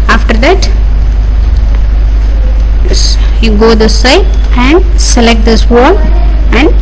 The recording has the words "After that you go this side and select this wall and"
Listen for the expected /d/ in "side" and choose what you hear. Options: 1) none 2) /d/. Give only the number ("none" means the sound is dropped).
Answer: 1